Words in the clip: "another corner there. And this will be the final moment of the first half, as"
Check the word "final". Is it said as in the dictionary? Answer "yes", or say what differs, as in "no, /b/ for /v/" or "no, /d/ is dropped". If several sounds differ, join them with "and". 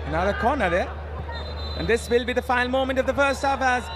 no, /n/ is dropped